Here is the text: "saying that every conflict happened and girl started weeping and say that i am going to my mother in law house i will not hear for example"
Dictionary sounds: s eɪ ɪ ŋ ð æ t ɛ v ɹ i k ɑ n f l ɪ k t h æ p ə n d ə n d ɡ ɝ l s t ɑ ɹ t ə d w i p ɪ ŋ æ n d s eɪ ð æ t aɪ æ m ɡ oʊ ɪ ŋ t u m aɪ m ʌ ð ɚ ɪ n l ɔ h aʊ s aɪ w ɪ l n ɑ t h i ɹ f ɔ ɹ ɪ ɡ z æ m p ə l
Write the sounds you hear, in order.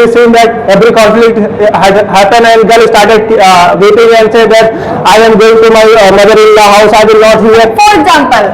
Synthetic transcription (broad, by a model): s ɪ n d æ t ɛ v ɹ i k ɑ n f l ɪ k t h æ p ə n ə n d ɡ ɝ l s t ɑ ɹ t ə d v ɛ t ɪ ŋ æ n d s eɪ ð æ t aɪ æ m ɡ oʊ ɪ ŋ t u m aɪ m ʌ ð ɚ ɪ n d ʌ h aʊ s aɪ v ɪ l n ɑ t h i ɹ f ɔ ɹ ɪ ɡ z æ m p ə l